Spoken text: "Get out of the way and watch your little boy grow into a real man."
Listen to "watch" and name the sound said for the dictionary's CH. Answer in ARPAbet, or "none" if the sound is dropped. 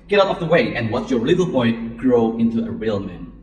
S